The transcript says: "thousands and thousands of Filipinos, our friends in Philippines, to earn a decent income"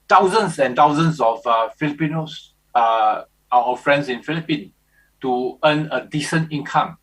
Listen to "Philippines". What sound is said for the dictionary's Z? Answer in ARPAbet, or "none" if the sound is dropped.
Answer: none